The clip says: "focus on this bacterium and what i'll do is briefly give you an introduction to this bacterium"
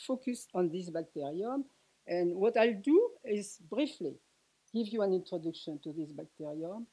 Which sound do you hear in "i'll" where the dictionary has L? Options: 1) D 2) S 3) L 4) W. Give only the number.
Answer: 3